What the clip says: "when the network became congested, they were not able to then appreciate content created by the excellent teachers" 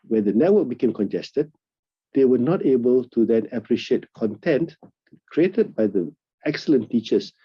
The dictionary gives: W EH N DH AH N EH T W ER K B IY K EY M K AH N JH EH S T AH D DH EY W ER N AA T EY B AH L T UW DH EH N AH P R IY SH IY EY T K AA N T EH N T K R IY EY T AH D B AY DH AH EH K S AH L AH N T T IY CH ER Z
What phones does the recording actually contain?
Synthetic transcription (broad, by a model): W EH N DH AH N EH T W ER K B IY K EY M K AH N JH EH S T AH D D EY W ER N AA T EY B AH L T UW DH EH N AH P R IY SH IY EY T K AA N T EH N T K R IY EY T AH D B AY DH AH EH K S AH L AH N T T IY CH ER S